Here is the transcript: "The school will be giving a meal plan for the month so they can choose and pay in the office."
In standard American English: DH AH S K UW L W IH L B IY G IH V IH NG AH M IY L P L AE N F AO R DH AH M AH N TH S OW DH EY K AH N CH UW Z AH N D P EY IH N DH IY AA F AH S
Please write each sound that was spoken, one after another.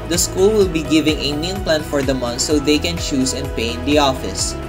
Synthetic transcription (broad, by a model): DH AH S K UW L W IH L B IY G IH V IH NG AH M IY N P L AE N F AO R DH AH M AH N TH S OW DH EY K AH N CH UW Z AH N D P EY IH N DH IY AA F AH S